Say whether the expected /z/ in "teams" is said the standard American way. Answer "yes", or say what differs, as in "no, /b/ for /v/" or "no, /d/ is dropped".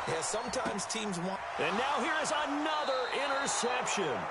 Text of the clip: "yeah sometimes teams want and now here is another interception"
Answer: yes